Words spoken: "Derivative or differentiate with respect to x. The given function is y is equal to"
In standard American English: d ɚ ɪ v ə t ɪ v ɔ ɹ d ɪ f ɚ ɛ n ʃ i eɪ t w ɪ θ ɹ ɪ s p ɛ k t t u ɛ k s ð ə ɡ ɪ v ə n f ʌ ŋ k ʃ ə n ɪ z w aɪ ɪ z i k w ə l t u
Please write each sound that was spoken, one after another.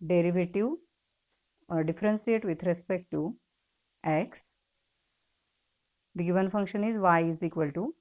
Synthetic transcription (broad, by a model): d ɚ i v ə t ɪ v ɔ ɹ d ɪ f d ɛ n s i eɪ t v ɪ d ɹ ɪ s p ɛ k t t u ɛ k s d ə ɡ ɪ v ə n f ʌ ŋ k ʃ ə n ɪ z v aɪ ɪ z i k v ə l t u